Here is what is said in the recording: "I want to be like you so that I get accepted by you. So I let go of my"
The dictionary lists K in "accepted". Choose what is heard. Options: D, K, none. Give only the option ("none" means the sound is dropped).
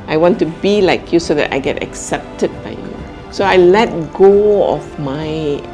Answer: K